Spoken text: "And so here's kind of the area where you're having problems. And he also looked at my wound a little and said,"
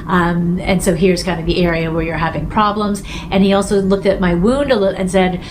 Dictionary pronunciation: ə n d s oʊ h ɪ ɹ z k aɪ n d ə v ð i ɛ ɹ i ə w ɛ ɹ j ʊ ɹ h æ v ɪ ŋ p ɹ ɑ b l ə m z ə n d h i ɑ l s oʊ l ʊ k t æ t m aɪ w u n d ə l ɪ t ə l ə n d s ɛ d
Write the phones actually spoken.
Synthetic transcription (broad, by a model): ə n s oʊ h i ɹ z k aɪ n d ə v ð i ɛ ɹ i ə w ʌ ɹ j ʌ ɹ h æ v ɪ ŋ p ɹ ɑ b l ə m z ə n i ɑ l s oʊ l ʊ k t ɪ t m aɪ w u n d ə l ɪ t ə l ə n s ɛ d